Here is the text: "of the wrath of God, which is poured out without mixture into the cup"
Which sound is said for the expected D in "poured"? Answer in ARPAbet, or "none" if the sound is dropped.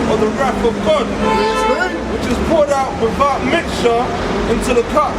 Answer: D